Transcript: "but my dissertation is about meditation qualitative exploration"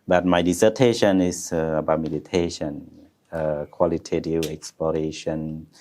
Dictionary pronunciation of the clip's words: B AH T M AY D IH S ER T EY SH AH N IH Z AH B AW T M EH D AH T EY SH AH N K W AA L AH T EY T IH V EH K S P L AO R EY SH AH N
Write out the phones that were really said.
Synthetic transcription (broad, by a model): B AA T M AY D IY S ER T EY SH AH N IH S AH B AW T M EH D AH T EY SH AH N K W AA L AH T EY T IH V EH K S P L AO R EY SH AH N